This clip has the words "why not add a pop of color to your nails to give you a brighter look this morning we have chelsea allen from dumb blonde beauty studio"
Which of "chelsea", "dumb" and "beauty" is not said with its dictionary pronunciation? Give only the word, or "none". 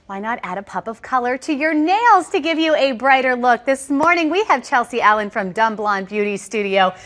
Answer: none